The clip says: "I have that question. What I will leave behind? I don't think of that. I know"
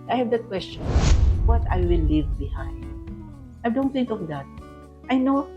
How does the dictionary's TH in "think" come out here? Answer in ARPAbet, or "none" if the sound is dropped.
T